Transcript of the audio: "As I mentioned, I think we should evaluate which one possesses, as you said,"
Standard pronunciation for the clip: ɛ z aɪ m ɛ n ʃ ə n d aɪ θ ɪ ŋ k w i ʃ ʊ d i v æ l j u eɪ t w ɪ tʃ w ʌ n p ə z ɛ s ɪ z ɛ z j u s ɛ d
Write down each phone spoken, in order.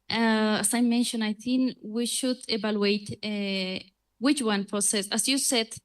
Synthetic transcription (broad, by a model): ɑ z aɪ m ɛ n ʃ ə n aɪ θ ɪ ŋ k w i ʃ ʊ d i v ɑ l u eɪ t w ɪ tʃ w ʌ n p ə s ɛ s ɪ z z j u s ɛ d